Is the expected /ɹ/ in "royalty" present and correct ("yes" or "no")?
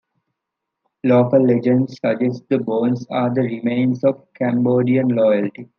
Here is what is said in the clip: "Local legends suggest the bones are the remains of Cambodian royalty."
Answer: no